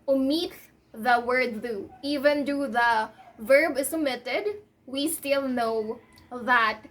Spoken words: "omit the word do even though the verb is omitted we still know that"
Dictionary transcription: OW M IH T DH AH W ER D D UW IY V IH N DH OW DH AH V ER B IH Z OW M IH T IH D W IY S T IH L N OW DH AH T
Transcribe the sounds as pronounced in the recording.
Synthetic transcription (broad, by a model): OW M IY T DH AH W ER D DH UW IY V IH N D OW DH AH V ER B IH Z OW M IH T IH D W IY S T IH L N OW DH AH T